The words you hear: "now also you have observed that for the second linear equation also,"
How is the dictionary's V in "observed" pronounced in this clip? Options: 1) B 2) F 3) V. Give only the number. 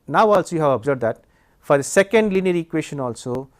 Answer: 1